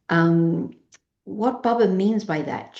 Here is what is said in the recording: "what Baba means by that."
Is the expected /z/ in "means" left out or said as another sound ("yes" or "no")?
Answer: no